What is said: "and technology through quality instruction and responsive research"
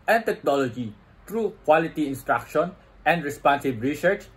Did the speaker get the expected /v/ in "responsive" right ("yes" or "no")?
no